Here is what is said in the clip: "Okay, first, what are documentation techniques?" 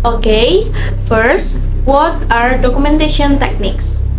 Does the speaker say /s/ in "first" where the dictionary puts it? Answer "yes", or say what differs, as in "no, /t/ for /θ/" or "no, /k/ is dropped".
yes